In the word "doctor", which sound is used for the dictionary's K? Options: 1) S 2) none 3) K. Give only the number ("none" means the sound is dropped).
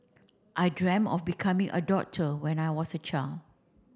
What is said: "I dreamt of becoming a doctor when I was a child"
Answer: 2